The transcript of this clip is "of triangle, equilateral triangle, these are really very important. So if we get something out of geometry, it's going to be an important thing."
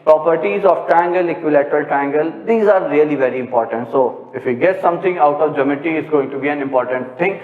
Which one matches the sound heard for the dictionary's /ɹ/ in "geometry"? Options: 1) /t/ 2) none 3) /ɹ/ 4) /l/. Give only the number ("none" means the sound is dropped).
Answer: 2